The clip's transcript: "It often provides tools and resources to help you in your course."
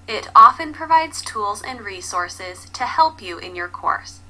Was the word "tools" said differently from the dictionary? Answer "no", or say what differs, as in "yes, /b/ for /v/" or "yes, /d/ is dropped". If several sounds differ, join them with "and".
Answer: no